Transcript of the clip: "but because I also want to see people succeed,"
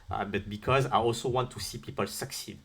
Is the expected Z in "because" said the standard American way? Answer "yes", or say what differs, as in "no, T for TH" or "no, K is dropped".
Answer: yes